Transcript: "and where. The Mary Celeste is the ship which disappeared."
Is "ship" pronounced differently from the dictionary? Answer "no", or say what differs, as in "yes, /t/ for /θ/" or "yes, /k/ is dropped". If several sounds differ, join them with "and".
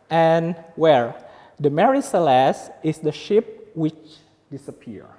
no